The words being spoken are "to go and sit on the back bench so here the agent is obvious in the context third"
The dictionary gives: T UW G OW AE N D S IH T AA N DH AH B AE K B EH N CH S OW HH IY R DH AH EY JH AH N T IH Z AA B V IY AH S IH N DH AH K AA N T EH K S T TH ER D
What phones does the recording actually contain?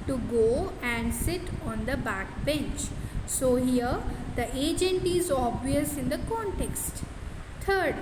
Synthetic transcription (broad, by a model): T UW G OW AE N D S IH T AA N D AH B AE K B EH N CH S OW HH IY R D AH EY JH AH N T IH Z AA B V IY AH S IH N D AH K AA N T EH K S T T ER D